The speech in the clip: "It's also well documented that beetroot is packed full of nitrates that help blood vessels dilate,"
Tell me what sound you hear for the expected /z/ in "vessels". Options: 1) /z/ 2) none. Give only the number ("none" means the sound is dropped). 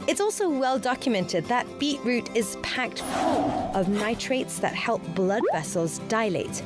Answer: 1